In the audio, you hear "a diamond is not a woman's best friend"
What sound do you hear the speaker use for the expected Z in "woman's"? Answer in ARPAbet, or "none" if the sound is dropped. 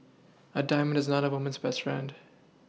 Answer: Z